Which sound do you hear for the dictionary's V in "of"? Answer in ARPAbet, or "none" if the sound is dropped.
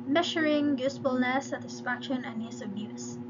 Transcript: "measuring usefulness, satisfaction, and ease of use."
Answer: B